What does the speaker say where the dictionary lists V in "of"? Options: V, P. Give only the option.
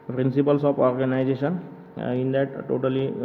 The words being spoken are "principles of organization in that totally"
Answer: P